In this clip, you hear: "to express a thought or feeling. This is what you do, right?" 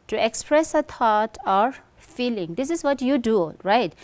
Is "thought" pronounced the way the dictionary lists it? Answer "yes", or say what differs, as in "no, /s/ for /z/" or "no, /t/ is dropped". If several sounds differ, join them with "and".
no, /t/ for /θ/